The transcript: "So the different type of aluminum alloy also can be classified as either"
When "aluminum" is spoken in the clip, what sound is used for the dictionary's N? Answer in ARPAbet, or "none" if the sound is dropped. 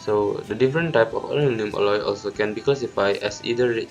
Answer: none